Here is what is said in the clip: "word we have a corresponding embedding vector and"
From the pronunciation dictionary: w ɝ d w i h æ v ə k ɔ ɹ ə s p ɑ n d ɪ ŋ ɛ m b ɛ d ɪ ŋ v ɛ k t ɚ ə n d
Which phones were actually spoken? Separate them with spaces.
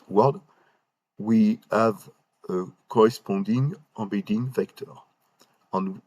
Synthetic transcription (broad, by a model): w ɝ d w i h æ v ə k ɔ ɹ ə s p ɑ d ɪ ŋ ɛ b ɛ d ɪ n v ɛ k t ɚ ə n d